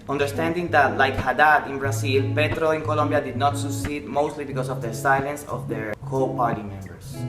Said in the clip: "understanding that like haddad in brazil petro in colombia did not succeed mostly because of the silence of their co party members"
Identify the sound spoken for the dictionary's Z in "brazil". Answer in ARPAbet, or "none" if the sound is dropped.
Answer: S